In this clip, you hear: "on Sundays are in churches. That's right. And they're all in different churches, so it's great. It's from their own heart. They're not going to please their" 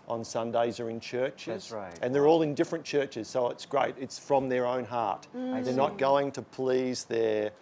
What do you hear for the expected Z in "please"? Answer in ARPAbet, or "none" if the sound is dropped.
Z